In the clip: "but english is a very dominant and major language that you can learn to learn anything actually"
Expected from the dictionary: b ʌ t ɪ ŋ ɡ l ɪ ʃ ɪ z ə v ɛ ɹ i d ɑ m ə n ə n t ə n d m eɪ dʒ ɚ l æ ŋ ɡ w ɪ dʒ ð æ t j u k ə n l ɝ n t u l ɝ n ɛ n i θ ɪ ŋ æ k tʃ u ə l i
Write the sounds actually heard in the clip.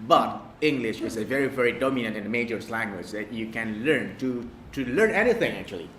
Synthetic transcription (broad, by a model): b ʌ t ɪ ŋ ɡ l ɪ ʃ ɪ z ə v ɛ ɹ i d ɑ m ə n ə n t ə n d m eɪ dʒ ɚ l æ ŋ ɡ w ɪ dʒ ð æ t j u k ə n l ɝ n t u l ɝ n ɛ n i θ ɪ ŋ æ k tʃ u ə l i